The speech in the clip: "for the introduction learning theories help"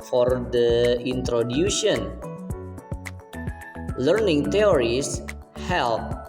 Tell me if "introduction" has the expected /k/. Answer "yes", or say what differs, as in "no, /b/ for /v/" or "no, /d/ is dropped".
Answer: no, /k/ is dropped